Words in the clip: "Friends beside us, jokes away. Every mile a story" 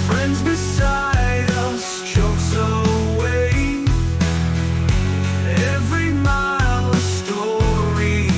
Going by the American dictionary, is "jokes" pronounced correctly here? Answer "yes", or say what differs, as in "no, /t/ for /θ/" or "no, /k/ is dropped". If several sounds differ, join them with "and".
no, /tʃ/ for /dʒ/